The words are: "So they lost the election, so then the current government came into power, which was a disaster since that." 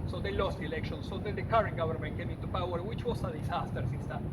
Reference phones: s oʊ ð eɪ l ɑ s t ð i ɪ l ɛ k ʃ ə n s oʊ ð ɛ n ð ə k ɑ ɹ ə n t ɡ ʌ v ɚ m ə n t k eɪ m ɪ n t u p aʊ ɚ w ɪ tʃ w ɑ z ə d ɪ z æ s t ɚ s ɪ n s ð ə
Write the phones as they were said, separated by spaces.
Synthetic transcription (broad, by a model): s oʊ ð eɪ l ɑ s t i l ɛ k ʃ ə n s oʊ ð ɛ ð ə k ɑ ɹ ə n ɡ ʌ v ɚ m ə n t k eɪ m ɪ n t u p aʊ ɚ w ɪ tʃ w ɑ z ə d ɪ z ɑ s t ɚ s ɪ s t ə